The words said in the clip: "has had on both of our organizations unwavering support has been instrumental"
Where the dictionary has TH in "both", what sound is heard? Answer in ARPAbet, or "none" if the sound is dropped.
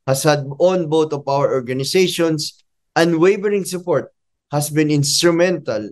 T